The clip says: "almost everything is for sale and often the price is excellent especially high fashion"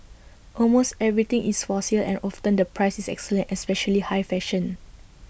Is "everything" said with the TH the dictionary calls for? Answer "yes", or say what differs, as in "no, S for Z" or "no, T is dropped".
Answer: no, T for TH